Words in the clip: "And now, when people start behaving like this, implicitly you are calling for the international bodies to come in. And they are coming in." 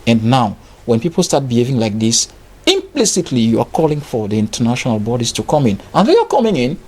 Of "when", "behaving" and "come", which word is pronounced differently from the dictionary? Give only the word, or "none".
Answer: none